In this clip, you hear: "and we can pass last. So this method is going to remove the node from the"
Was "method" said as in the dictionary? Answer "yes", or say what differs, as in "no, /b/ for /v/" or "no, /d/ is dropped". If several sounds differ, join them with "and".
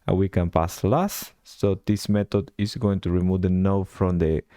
no, /t/ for /θ/